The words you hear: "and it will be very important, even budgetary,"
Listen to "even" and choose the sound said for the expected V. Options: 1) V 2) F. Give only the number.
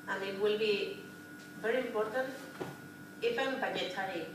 2